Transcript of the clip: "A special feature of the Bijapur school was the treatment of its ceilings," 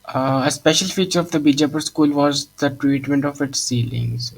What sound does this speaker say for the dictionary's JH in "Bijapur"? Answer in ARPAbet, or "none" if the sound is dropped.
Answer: JH